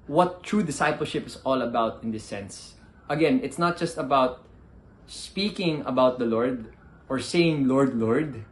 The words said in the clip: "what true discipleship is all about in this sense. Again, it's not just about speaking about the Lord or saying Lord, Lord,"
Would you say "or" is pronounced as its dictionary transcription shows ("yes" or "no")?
yes